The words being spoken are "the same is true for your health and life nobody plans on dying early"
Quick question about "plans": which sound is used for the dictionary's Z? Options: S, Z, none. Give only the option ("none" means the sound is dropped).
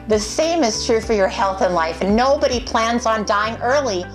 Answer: Z